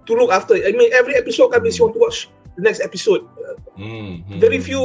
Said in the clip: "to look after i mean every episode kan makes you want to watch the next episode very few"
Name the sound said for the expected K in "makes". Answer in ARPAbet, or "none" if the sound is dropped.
none